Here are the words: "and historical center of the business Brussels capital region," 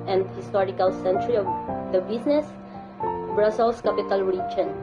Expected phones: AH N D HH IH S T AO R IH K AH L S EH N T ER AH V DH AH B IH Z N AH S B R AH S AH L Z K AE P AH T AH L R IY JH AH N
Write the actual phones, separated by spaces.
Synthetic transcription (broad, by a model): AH N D HH IH S T AO R IH K AH L S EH N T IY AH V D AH B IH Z N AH S B R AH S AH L S K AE P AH T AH L R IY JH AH N